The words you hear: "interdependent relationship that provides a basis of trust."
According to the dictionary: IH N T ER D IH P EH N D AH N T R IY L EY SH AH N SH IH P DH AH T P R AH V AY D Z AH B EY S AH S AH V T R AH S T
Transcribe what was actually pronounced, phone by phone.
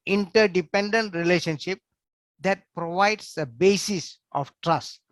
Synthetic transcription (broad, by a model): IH N T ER D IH P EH N D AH N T R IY L EY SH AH N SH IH P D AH T P R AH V AY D S AH B EY S AH S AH F T R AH S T